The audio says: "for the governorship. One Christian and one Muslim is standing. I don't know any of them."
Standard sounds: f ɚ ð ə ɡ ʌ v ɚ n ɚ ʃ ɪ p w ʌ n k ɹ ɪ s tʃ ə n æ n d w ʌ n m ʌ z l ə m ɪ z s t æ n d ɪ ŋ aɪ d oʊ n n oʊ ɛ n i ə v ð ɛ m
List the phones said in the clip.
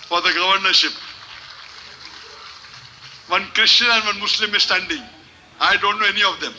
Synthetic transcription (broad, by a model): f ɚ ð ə ɡ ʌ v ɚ n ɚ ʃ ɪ p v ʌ n k ɹ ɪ ʃ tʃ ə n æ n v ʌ n m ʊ s l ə m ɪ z s t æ n d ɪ ŋ aɪ d oʊ n n oʊ ɛ n i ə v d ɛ m